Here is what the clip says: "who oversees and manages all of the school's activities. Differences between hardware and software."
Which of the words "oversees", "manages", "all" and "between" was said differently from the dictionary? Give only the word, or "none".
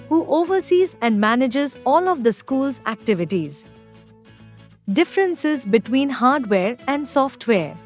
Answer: none